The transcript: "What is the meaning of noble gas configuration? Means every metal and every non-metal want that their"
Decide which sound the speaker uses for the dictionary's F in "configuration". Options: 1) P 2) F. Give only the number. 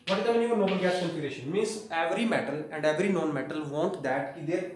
1